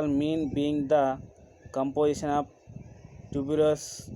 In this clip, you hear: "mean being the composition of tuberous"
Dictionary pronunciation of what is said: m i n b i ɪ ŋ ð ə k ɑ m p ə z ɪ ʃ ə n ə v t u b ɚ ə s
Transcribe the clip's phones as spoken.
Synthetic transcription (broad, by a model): m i n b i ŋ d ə k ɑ m p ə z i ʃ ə n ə p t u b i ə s